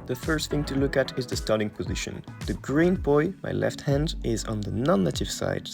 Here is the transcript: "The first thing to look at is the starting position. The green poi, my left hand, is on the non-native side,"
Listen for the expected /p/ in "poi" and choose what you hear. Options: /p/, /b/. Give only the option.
/b/